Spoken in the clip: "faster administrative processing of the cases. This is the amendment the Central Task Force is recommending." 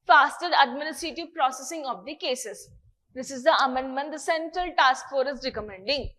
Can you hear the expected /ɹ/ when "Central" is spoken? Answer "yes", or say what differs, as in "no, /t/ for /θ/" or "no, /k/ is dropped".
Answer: yes